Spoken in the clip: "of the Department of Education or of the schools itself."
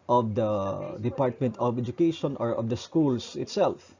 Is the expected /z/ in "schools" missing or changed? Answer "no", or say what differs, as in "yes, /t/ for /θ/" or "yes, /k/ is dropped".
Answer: yes, /s/ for /z/